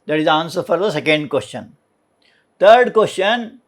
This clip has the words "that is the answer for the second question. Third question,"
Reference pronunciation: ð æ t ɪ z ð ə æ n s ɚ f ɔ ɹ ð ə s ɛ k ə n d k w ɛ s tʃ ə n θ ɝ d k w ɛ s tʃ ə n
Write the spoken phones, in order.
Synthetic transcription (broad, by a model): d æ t ɪ z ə n s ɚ f ɔ ɹ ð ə s ɛ k ə n d k w ɛ s tʃ ə n t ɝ d k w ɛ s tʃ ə n